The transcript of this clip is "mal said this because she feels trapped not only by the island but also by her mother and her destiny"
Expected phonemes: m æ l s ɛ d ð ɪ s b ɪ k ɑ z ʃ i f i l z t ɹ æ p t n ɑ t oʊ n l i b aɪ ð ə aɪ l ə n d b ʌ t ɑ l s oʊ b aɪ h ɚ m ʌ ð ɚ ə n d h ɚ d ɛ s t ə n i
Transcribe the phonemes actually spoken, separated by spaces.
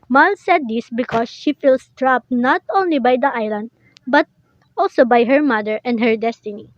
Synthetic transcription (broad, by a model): m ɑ l s ɛ d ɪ s b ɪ k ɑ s ʃ i f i l s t ɹ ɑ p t n ɑ t oʊ n l i b aɪ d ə aɪ l ə n d b ʌ t ɑ l s oʊ b aɪ h ɚ m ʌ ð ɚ ə n d h ɚ d ɛ s t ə n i